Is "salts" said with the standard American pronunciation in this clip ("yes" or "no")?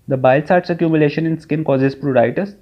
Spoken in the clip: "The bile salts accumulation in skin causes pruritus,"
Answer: no